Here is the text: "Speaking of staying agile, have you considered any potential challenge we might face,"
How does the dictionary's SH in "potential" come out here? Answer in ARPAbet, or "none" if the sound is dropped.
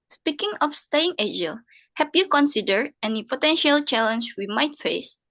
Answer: SH